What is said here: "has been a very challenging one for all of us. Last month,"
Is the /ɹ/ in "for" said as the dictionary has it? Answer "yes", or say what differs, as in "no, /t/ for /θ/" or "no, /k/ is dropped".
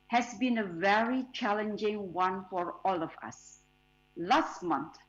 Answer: yes